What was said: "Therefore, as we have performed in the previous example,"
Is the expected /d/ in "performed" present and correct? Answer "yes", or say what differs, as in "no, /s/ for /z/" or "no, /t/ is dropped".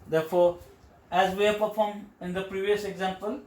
no, /d/ is dropped